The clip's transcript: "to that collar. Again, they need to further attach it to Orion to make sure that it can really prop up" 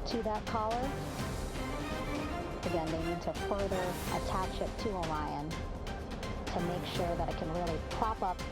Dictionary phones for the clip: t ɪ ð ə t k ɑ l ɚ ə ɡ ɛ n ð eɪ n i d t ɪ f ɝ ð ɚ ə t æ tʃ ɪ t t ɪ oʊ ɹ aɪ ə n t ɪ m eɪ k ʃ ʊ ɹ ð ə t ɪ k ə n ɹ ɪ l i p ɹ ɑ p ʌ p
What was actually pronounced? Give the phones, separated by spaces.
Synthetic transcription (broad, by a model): t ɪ ð ə t k ɑ l ɚ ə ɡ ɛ n ð eɪ n i d t ɪ f ɝ ð ɚ ə t æ tʃ ɪ t t ɪ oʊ l aɪ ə n t ɪ m eɪ k ʃ ʊ ɹ ð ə t ɪ k ə n ɹ ɪ l i p ɹ ɑ p ʌ p